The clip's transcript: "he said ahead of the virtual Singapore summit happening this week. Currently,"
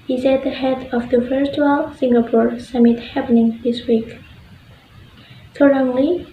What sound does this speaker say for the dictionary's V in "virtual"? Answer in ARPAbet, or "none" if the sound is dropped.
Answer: F